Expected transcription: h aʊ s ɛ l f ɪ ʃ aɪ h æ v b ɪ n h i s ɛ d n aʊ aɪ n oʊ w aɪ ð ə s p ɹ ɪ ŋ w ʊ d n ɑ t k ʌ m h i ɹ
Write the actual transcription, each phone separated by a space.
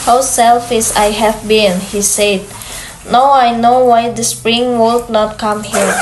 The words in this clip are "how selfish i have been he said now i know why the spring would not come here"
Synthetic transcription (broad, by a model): h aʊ s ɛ l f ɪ s aɪ h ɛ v b ɪ n h i s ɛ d n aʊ aɪ n oʊ w aɪ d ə s p ɹ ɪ ŋ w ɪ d n ɑ t k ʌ m h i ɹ